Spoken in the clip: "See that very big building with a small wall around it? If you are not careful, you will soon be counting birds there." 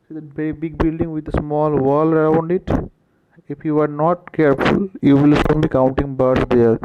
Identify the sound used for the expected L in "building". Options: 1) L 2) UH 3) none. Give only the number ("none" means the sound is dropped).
1